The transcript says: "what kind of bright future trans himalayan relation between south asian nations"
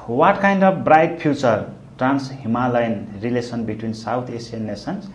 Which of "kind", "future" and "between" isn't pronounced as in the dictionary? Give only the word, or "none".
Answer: future